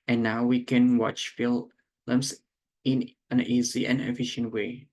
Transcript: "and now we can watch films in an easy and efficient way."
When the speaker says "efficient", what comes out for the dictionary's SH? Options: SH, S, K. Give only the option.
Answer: SH